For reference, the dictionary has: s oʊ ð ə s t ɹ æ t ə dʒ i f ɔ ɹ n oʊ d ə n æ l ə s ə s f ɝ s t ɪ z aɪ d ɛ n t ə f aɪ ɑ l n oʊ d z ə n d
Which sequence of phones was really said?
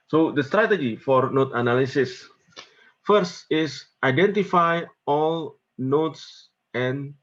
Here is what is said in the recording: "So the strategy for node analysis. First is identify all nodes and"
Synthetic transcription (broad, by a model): s oʊ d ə s t ɹ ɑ t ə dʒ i f ɔ ɹ n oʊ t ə n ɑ l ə s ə s f ɝ s t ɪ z aɪ d ɛ n t ə f aɪ ɑ l n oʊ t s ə n